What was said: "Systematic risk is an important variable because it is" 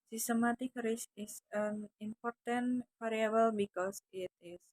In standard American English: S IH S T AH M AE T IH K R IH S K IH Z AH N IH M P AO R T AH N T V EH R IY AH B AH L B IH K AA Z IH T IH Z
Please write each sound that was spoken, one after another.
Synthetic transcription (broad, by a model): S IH S T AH M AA T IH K R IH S IH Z AH N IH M P AO R T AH N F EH R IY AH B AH L B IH K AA S IH T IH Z